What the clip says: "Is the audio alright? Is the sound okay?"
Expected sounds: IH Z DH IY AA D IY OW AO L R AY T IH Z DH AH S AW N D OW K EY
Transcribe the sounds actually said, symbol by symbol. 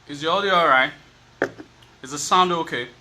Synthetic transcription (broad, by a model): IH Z DH IY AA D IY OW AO R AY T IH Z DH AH S AW N D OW K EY